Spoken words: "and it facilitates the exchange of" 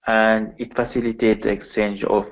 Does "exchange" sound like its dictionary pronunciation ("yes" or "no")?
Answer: yes